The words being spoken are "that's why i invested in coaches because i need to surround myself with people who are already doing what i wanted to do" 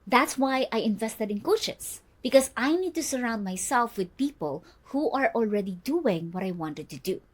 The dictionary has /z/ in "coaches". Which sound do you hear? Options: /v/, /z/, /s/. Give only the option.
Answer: /s/